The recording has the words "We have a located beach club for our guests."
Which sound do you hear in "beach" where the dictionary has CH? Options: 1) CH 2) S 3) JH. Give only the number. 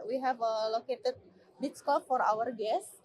2